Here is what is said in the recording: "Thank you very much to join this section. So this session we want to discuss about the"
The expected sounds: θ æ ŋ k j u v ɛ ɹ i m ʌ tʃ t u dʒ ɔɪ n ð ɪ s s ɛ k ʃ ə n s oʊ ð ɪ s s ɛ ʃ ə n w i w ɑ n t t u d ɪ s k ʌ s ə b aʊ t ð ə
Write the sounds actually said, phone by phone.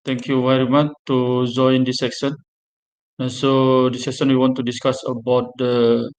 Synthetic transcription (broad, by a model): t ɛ ŋ k j u v ɛ ɹ i m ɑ tʃ t u dʒ ɔɪ n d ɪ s s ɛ k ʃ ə n s oʊ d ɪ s s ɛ s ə n w i w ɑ n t t u d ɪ s k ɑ s ə b aʊ t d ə